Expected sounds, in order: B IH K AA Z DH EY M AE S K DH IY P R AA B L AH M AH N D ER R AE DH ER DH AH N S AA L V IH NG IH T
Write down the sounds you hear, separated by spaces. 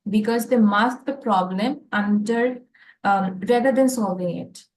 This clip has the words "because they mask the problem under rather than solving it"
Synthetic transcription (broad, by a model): B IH K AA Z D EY M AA S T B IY P R AA B L AH M AH N D ER R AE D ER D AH N S AA L V IH NG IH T